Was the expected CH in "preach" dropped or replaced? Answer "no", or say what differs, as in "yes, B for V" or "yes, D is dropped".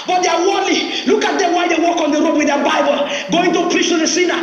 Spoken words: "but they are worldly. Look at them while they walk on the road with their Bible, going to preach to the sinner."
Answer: no